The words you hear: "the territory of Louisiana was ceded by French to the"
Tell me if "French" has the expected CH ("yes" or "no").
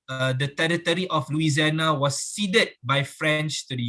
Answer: yes